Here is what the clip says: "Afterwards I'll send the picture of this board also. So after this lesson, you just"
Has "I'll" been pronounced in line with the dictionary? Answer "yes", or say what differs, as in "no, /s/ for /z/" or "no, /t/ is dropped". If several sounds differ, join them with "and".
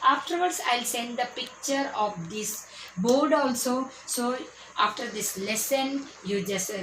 yes